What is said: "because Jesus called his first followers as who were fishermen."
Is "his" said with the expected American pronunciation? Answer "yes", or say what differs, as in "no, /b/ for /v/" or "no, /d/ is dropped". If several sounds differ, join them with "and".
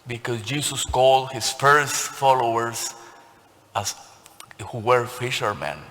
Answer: no, /s/ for /z/